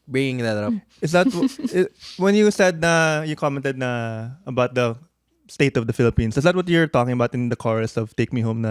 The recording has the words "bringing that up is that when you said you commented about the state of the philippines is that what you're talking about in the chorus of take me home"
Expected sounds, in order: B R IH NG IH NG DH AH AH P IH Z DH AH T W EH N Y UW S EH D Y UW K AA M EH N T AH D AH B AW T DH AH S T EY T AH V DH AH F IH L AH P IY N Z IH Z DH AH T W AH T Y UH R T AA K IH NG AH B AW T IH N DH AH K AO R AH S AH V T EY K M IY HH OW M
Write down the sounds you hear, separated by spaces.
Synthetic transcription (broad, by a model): B R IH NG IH NG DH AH AH P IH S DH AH T W EH N Y UW S EH D Y UW K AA M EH N T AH D AH B AW T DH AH S T EY T AH V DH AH F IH L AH P IY N S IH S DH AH T W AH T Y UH R T AA K IH NG AH B AW T IH N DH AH K AO R AH S AH V T EY K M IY HH OW M